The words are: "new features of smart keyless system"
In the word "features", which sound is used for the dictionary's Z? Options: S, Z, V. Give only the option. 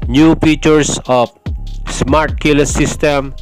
S